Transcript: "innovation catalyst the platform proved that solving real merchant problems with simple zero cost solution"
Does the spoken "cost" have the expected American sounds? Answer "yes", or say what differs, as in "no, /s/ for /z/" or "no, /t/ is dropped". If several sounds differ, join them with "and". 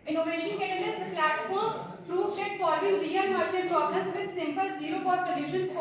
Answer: no, /s/ is dropped